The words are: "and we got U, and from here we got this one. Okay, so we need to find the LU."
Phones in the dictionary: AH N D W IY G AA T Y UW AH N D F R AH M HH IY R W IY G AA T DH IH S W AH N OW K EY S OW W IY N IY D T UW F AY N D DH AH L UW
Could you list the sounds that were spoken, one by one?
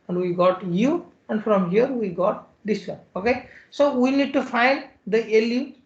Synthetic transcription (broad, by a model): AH N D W IY G AA T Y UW AH N D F R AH M HH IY R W IY G AA T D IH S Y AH OW K EY S OW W IY N IY D T UW F AY N D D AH L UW